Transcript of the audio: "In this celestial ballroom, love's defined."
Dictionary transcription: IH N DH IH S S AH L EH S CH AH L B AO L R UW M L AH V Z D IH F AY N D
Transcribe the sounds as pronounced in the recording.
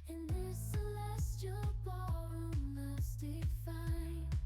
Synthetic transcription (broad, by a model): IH N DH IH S S AH L EH S CH AH L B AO R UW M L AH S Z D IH F AY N